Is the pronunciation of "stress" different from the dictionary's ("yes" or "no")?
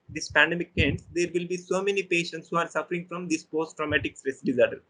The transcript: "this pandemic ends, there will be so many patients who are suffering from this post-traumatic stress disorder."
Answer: no